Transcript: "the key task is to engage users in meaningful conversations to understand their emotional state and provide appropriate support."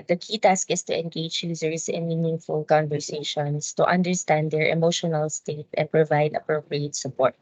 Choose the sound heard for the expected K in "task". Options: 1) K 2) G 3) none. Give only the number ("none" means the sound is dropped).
1